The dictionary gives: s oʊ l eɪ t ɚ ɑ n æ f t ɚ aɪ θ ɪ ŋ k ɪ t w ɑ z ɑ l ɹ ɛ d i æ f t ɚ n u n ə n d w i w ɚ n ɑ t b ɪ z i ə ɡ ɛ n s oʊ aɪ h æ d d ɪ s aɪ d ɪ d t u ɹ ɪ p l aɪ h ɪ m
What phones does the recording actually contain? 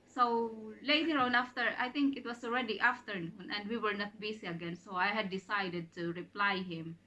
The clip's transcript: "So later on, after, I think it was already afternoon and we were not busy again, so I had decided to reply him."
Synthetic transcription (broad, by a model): s oʊ l eɪ t ɚ ɑ n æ f t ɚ aɪ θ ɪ ŋ k ɪ t w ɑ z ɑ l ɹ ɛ d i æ f t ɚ n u n ə n d w i w ɚ n ɑ t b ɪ s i ə ɡ ɛ n s oʊ aɪ h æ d d ɪ s aɪ d ɪ d t u ɹ ɪ p l aɪ h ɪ m